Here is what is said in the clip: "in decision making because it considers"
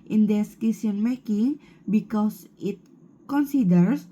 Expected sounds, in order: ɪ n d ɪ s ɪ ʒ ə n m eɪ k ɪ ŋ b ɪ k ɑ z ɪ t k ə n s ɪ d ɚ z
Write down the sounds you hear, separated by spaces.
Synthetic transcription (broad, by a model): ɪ n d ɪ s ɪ s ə n m eɪ k ɪ ŋ b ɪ k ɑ s ɪ t k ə n s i d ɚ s